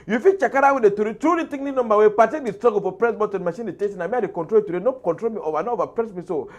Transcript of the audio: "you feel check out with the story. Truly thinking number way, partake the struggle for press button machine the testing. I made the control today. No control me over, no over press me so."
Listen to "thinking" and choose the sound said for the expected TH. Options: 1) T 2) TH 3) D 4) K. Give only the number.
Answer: 1